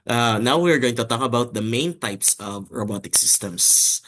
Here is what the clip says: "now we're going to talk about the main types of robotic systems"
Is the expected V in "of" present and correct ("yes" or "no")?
yes